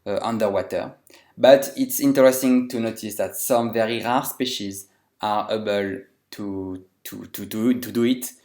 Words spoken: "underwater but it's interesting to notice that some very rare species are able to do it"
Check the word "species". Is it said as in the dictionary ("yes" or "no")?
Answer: yes